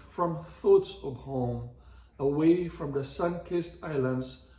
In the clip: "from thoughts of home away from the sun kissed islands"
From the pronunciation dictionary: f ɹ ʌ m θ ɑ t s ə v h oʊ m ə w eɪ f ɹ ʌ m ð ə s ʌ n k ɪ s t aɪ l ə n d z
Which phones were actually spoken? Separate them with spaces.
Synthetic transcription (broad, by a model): f ɹ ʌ m θ ɑ t s ə v h oʊ m ə w eɪ f ɹ ʌ m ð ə s ʌ n k ɪ s t aɪ l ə n d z